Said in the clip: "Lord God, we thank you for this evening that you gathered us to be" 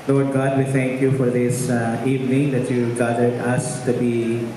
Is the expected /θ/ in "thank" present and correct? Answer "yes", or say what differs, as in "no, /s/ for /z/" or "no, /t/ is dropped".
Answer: no, /t/ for /θ/